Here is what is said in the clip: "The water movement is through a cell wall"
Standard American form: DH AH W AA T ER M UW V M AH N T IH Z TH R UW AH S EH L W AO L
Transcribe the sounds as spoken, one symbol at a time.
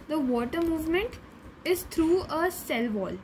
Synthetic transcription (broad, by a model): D AH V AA T ER M UW V M AH N T IH Z T R UW AH S EH L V AO L